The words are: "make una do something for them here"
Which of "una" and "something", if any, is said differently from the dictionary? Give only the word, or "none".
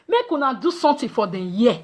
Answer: something